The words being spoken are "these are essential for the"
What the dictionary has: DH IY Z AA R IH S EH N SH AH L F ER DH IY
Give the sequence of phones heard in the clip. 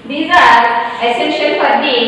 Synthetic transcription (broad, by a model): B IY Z AA R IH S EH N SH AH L P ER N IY